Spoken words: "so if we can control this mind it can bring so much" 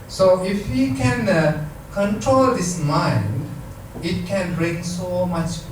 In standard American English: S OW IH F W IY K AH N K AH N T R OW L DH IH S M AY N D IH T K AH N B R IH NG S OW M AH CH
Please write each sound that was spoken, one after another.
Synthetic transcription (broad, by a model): S OW IH F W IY K AH N K AH N T R OW L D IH S M AY N D IH T K AH N B R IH NG S OW M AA CH